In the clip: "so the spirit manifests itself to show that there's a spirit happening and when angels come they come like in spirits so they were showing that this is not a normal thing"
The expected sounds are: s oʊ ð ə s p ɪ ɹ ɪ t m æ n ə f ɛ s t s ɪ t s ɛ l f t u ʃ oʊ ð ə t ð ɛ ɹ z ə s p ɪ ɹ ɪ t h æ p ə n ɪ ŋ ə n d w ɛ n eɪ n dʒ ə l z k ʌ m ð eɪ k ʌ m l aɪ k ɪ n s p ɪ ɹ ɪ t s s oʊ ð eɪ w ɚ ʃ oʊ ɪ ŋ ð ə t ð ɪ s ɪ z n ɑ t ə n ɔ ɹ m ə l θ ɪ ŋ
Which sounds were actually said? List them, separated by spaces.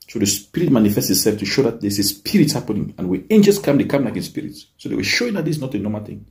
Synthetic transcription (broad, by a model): s oʊ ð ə s p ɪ ɹ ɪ t m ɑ n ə f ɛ s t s ɪ t s ɛ l f t u ʃ oʊ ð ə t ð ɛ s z ə s p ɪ ɹ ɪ t h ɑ p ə n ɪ ŋ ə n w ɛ eɪ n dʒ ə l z k ʌ m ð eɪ k ʌ m l aɪ k ɪ n s p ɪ ɹ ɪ t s s oʊ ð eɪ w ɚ ʃ oʊ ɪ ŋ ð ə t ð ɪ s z n ɑ t ə n ɔ m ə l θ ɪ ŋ